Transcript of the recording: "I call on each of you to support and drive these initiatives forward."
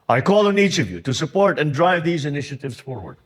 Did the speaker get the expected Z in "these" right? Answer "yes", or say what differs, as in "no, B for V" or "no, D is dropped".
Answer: yes